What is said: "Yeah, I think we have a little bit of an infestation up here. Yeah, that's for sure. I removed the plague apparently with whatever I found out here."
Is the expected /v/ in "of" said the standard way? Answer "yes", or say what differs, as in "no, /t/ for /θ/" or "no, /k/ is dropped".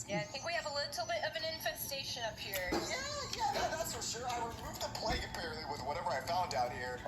yes